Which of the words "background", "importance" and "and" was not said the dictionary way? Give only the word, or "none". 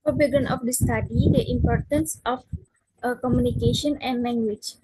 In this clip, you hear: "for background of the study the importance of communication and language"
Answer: background